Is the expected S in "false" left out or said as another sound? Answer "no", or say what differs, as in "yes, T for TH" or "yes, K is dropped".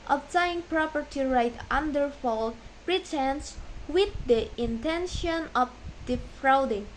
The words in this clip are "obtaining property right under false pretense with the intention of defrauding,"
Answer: yes, S is dropped